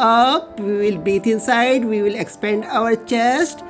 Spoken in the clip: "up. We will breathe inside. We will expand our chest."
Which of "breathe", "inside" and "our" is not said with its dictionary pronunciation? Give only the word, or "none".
breathe